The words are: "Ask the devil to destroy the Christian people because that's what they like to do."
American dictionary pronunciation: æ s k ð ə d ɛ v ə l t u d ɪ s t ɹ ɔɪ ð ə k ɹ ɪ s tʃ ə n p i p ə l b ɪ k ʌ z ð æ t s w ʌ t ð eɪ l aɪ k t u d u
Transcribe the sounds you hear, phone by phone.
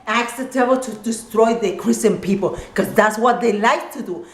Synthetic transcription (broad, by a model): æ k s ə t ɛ b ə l t u d ɪ s t ɹ ɔɪ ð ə k ɹ ɪ s tʃ ə n p i p ə l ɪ k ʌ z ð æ t s w ʌ t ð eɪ l aɪ k t u d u